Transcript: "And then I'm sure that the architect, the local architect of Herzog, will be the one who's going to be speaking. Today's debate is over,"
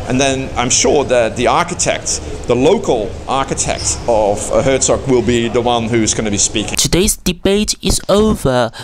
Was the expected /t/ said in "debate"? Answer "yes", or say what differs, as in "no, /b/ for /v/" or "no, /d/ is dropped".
yes